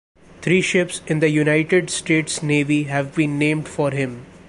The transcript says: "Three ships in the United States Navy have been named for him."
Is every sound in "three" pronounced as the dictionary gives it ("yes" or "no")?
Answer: no